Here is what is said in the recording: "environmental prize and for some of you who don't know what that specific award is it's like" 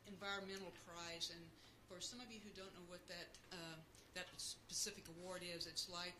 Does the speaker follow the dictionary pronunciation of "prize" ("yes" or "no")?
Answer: yes